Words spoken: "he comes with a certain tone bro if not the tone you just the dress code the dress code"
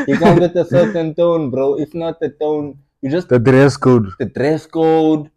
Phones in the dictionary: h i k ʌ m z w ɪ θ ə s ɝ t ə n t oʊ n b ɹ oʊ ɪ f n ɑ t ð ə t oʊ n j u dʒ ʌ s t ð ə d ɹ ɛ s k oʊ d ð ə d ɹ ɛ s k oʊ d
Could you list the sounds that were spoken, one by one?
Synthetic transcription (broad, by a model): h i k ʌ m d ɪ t ə s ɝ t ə n t oʊ n b ɹ oʊ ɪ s n ɑ t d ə t oʊ n j u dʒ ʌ s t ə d ɹ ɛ s k oʊ d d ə d ɹ ɛ s k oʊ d